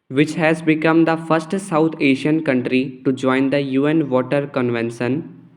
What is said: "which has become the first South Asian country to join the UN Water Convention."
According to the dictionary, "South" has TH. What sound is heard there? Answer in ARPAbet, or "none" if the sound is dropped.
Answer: T